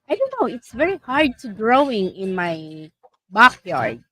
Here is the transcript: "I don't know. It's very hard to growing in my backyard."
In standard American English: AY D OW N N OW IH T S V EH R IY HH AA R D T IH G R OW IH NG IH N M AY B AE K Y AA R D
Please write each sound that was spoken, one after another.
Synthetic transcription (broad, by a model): AY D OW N N OW IH T S V EH R IY HH AA R D T IH G R OW IH NG IH N M AY B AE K Y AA R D